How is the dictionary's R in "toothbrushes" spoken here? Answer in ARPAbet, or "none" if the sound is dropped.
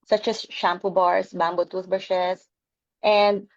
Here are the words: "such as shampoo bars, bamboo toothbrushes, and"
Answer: none